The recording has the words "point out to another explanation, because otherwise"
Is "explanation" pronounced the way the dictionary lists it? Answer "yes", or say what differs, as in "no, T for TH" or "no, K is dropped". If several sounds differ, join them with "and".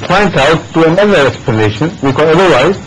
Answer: no, L is dropped